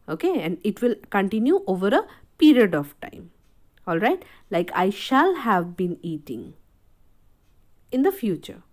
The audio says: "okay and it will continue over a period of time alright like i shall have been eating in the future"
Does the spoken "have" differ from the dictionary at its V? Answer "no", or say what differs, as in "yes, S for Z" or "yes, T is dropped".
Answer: no